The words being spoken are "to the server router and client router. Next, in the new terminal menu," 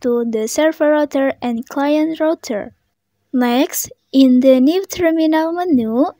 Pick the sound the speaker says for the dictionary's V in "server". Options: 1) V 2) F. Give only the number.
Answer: 2